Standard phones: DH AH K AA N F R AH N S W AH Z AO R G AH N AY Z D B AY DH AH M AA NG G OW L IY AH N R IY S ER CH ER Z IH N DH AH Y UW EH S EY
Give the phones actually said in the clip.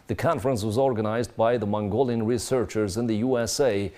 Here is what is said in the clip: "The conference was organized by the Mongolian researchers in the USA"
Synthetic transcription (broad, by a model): DH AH K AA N F R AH N S W AH Z AO R G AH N AY Z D B AY DH AH M AA NG G OW L IY AH N R IY S ER CH ER Z IH N DH AH Y UW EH S EY